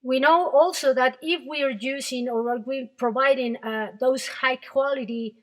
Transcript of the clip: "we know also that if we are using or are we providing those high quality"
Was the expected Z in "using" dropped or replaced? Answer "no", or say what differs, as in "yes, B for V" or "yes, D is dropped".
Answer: yes, S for Z